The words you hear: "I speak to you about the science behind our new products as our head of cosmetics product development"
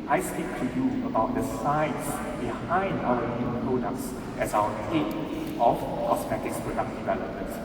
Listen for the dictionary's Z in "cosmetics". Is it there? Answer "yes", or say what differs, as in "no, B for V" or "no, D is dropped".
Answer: no, S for Z